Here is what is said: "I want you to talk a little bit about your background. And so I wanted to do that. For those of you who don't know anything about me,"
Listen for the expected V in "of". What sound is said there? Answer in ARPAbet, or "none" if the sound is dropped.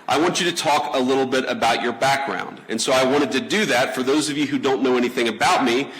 V